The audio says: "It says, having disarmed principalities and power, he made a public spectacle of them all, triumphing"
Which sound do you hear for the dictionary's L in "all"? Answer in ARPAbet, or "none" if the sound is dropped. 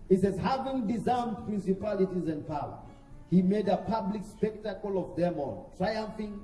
N